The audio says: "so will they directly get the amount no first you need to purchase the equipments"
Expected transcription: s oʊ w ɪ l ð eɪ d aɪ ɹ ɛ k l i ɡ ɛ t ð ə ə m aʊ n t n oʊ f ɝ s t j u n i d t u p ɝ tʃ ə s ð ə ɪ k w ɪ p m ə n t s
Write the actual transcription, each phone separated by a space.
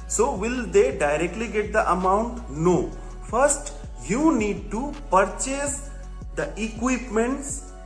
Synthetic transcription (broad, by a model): s oʊ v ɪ l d eɪ d aɪ ɹ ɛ k l i ɡ ɛ t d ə ə m aʊ n t n oʊ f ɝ s t j u n i d t u p ɝ tʃ ə s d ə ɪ k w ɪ p m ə n t s